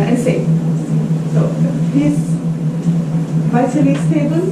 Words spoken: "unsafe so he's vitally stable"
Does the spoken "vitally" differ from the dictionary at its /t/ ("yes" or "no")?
yes